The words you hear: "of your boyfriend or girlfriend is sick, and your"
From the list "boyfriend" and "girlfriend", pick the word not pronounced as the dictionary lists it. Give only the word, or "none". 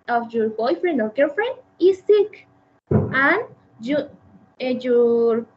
girlfriend